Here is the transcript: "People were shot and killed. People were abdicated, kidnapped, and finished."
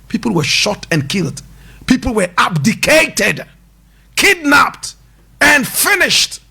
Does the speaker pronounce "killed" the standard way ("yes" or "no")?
yes